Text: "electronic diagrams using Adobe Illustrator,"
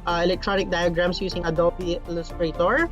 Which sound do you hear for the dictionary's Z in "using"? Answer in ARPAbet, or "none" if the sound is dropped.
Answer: S